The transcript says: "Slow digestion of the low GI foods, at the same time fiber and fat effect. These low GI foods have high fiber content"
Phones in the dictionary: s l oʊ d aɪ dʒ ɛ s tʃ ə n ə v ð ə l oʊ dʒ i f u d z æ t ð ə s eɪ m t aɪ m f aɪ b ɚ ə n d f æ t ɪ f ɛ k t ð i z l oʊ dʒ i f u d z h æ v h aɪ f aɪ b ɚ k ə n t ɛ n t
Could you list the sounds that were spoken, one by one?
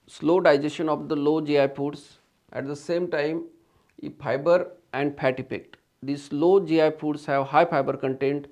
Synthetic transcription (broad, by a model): s l oʊ d aɪ dʒ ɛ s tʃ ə n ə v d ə l oʊ dʒ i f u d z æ t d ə s eɪ m t aɪ m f aɪ b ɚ ə n d p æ t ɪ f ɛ k t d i s l oʊ dʒ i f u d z h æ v h aɪ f aɪ b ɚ k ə n t ɛ n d